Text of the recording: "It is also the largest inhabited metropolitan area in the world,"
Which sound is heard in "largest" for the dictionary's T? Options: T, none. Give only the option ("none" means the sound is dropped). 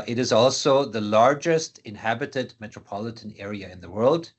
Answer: T